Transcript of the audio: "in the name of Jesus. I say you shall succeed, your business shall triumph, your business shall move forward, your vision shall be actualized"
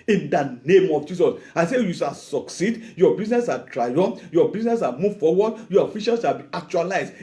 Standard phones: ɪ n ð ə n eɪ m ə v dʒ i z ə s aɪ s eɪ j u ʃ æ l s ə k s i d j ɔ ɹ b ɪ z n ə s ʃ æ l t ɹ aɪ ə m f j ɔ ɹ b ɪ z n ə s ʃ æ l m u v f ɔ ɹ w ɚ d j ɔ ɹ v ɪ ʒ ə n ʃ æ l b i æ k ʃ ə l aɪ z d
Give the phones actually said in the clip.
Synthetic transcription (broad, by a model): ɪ n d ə n eɪ m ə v dʒ i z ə s aɪ s eɪ j u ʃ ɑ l s ə k s i d j ɔ b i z n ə s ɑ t ɹ aɪ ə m j ɔ b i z n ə s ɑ m u v f ɔ w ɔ d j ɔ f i ʃ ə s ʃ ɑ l b i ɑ k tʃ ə l aɪ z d